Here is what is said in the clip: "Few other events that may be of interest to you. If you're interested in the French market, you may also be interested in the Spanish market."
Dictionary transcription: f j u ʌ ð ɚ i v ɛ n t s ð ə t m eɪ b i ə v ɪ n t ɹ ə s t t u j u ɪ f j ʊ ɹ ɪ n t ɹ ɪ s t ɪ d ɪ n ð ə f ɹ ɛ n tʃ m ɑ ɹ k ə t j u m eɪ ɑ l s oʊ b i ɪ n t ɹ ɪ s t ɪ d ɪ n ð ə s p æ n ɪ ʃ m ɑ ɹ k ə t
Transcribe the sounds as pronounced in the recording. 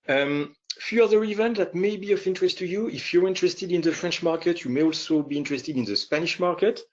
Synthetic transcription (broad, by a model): f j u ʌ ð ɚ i v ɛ n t ð ə t m eɪ b i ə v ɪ n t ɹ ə s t t u j u ɪ f j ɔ ɹ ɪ n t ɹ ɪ s t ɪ d ɪ n ð ə f ɹ ɛ n tʃ m ɑ ɹ k ə t j u m eɪ ɑ l s oʊ b i ɪ n t ɹ ɪ s t ɪ d ɪ n ð ə s p æ n ɪ ʃ m ɑ ɹ k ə t